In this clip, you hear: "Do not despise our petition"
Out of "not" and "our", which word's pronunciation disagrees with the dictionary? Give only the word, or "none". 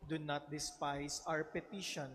our